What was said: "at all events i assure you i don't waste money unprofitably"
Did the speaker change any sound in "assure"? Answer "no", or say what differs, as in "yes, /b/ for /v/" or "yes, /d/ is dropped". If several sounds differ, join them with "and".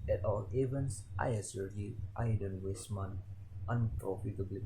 yes, /s/ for /ʃ/